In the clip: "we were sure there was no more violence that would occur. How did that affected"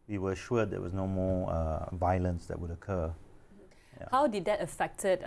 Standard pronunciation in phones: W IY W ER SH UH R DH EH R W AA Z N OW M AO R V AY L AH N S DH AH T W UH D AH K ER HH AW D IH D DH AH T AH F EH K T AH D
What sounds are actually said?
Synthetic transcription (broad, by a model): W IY W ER SH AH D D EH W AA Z N OW M AO V AY L AH N S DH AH T W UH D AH K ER HH AW D IH D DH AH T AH F EH K T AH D